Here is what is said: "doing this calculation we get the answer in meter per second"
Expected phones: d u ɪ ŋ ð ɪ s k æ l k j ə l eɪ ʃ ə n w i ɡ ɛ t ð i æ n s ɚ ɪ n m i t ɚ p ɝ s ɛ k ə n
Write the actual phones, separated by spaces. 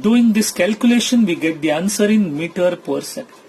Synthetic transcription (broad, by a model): d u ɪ ŋ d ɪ s k æ l k j ə l eɪ ʃ ə n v i ɡ ɛ t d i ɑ n s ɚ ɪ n m i t ɚ p ɝ s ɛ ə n